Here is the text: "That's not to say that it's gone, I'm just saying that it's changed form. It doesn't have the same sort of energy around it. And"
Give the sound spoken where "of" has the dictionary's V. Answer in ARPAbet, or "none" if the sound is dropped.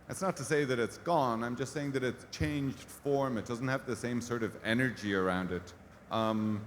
V